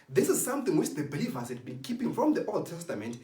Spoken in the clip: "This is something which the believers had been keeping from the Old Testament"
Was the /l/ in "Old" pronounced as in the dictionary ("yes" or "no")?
yes